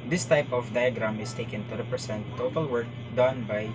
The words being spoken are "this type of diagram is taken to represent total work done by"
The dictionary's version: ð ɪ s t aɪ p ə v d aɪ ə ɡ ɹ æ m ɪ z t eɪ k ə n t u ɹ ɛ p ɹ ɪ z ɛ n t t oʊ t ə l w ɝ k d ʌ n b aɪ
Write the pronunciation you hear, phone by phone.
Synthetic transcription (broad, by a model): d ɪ s t aɪ p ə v d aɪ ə ɡ ɹ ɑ m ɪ s t eɪ k ə n t u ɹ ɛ p ɹ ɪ s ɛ n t t oʊ t ə l w ɝ k d ʌ n b aɪ